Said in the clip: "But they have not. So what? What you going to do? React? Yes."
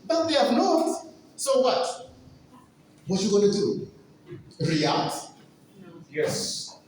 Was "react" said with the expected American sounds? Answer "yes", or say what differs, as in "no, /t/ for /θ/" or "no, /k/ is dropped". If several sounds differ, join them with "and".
no, /k/ is dropped